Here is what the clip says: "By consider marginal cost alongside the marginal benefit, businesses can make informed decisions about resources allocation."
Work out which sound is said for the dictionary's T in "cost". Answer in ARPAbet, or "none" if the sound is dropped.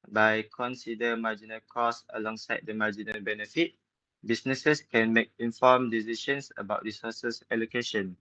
none